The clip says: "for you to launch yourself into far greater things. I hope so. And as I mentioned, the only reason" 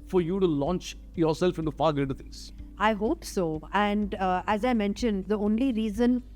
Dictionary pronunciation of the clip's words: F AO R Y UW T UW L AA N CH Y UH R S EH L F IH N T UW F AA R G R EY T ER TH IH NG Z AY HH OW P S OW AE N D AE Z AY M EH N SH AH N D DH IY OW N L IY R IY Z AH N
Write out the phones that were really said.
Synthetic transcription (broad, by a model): F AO R Y UW T UW L AA N CH Y UH R S EH L F IH N T UW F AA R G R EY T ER T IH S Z AY HH OW P S OW AE N D AE Z AY M EH N SH AH N D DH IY OW N L IY R IY Z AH N